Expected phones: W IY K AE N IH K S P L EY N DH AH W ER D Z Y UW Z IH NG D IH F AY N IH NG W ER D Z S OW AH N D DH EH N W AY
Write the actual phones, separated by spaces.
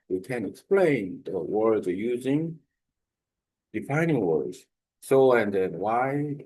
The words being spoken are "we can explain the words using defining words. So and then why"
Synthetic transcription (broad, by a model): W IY K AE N IH K S P L EY N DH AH W ER D Z Y UW Z IH NG D IH F AY N IH NG W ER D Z S OW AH N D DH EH N W AY